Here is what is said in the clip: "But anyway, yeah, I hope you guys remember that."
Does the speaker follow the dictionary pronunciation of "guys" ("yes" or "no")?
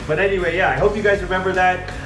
yes